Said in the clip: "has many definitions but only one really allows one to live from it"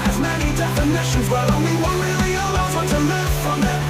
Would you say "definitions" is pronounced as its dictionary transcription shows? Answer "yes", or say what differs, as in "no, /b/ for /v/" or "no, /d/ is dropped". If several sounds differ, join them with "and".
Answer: yes